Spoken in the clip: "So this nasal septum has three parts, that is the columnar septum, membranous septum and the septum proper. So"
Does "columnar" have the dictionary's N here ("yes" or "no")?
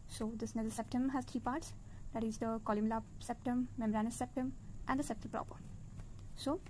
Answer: no